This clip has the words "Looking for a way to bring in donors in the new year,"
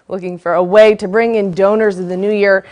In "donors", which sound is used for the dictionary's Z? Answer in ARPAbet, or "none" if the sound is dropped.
Z